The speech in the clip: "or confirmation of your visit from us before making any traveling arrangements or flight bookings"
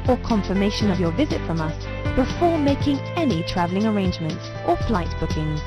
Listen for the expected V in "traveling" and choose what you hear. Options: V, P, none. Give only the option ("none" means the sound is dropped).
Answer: V